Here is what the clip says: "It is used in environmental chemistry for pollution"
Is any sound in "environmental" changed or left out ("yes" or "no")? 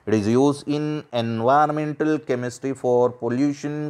yes